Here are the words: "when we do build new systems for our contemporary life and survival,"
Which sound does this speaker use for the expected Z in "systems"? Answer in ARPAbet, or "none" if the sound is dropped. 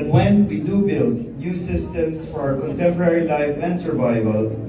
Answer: S